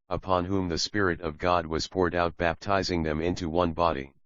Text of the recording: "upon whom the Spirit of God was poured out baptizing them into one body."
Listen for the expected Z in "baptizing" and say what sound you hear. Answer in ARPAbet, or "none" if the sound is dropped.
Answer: Z